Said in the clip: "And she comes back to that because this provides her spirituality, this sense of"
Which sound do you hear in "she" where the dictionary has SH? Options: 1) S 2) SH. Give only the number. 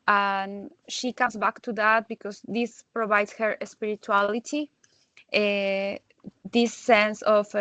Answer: 2